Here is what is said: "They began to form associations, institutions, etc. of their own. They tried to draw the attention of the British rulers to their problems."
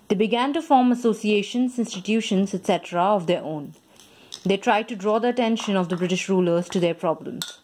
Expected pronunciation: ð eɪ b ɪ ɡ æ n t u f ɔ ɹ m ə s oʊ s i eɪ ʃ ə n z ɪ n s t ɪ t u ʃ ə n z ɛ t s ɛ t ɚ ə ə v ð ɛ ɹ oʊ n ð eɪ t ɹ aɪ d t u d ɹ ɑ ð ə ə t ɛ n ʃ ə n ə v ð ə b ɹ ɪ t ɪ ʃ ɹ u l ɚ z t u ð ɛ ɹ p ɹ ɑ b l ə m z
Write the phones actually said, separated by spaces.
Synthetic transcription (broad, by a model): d eɪ b ɪ ɡ æ n t u f ɔ ɹ m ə s oʊ s i eɪ ʃ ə n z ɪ n s t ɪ t u ʃ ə n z ɛ t s ɛ t ɚ ə ə v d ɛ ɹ oʊ n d eɪ t ɹ aɪ d t u d ɹ ɑ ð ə ə t ɛ n ʃ ə n ə v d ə b ɹ ɪ t ɪ ʃ ɹ u l ɚ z t u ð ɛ ɹ p ɹ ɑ b l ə m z